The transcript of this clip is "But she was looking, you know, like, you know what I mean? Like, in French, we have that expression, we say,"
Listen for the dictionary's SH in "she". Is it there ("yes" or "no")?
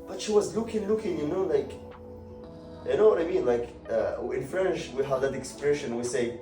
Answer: yes